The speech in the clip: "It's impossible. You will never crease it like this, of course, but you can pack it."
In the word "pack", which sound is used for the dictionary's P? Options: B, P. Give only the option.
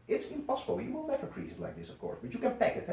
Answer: P